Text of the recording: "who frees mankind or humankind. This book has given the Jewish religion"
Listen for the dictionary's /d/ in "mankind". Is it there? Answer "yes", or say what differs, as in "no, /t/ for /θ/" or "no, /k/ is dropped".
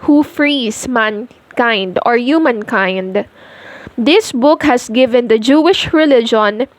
yes